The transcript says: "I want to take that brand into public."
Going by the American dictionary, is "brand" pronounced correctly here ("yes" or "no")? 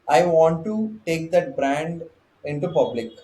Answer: yes